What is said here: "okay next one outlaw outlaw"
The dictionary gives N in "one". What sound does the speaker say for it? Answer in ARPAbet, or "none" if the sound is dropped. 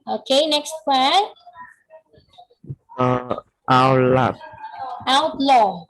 none